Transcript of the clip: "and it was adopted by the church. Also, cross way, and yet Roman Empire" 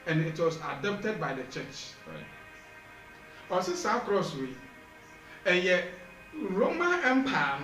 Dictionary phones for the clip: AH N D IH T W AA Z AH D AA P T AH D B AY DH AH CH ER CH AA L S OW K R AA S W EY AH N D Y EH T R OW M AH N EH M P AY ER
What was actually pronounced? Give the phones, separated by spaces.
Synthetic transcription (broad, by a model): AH N IH T W AA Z AH D AA P T AH D B AY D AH CH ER CH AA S S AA K R AA S W EY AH Y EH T R OW M AH N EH M P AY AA